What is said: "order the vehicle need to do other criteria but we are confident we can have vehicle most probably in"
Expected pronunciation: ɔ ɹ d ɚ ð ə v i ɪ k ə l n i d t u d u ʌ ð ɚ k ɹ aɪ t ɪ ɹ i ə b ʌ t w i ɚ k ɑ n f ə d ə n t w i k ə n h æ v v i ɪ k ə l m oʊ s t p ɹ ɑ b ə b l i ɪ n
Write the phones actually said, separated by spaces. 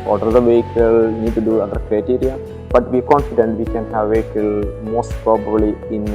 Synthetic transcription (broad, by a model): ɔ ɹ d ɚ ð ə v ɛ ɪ k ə l n i d t u d u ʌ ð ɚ k ɹ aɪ t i ɹ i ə b ʌ t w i k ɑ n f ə d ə n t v i k ə n h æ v v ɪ k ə l m oʊ s t p ɹ ɑ b ə b l i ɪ n